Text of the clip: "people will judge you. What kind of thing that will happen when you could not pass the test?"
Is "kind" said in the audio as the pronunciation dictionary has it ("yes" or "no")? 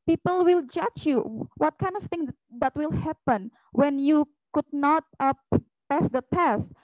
yes